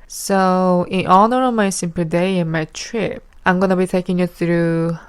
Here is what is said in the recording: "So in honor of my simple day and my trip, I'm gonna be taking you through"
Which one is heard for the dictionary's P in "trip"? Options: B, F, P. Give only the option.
P